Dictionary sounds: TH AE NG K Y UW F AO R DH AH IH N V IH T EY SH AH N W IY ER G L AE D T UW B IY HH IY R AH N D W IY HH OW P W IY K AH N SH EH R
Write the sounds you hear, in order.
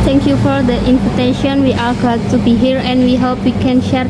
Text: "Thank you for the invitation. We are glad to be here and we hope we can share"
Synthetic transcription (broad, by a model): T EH NG K Y UW F AO R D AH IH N P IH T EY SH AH N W IY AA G AA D T UW B IY HH IY R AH N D W IY HH OW P W IY K AH N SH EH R